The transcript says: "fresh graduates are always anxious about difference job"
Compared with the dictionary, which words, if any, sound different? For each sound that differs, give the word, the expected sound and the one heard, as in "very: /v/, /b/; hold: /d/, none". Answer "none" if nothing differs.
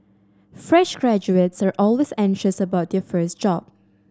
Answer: difference: /ɹ/, none; difference: /n/, none